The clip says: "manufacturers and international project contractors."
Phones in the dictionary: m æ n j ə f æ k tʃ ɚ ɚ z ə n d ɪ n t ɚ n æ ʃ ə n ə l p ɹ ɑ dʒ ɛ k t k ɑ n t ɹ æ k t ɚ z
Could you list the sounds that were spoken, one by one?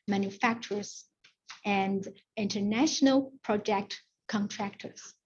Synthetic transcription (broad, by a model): m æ n j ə f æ k tʃ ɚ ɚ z ə n d ɪ n t ɚ n æ ʃ ə n ə l p ɹ ɑ dʒ ɛ k t k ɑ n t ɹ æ k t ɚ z